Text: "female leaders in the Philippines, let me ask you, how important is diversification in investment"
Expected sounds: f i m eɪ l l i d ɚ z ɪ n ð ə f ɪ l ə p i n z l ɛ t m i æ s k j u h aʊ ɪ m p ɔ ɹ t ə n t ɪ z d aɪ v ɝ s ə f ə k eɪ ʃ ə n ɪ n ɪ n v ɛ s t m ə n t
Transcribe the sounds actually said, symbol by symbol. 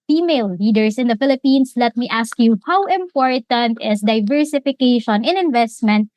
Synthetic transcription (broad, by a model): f i m eɪ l l i d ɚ s ɪ n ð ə f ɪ l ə p i n s l ɛ t m i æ s k j u h aʊ ɪ m p ɔ ɹ t ə n t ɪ s d aɪ v ɝ s ə f ə k eɪ ʃ ə n ɪ n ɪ n v ɛ s t m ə n t